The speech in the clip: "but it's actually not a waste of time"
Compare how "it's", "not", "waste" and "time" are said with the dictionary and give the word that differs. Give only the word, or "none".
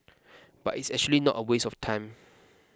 waste